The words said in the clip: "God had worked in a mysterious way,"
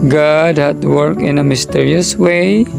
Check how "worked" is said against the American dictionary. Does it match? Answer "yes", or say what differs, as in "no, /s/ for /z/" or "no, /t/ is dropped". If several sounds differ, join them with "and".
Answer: no, /t/ is dropped